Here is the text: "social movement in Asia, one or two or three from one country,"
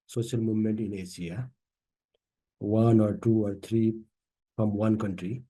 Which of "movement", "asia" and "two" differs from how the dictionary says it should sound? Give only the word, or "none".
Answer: asia